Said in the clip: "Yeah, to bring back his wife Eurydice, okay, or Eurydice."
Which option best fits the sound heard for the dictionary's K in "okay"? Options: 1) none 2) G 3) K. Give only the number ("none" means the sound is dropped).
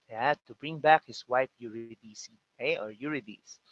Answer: 1